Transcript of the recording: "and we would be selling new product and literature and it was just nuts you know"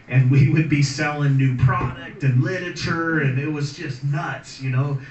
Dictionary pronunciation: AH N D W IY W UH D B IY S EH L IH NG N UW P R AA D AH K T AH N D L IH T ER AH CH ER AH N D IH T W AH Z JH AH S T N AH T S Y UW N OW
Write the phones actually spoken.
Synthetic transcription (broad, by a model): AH N W IY W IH D B IY S EH L IH NG N UW P R AA D AH K T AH N L IH T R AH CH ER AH N IH T W AH Z JH AH S T N AH T S Y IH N OW